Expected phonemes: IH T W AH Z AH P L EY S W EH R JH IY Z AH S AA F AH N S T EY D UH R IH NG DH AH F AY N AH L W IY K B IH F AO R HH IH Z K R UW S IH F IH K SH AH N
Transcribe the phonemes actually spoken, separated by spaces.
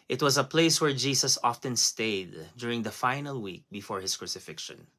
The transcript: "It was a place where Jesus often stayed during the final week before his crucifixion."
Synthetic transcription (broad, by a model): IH T W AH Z AH P L EY S W EH R JH IY S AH S AA F AH N S T EY D UH R IH NG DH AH F AY N AH L W IY K B IH F AO R HH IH S K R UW S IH F IH K SH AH N